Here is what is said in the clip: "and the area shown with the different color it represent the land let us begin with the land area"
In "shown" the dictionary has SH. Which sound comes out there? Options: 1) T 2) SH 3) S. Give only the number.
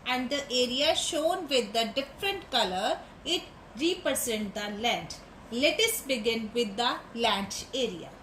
2